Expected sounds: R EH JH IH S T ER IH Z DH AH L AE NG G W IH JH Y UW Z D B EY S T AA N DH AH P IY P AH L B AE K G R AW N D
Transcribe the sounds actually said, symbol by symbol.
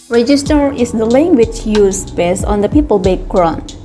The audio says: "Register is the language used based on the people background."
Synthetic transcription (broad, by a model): R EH JH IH S T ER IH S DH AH L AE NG G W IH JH Y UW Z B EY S AA N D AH P IY P AH L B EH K R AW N